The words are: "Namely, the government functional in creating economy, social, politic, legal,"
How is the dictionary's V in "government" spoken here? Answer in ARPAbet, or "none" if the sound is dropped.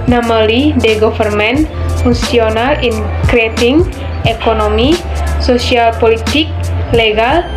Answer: F